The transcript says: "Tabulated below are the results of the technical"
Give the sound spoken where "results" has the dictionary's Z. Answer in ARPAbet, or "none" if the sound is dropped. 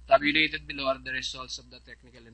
S